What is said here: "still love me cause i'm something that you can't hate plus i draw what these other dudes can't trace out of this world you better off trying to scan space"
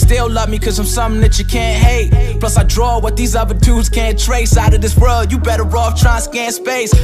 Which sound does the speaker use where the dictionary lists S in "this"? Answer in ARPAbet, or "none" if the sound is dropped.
S